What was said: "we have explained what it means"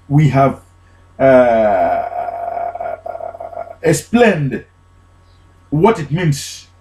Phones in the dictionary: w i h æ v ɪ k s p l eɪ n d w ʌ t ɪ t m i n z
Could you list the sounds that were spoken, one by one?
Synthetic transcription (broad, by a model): w i h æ v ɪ s p l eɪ n d w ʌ t ɪ t m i n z